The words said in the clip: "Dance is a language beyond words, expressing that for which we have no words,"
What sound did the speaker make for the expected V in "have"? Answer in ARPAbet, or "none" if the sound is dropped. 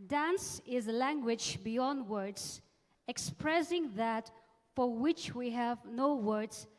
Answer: V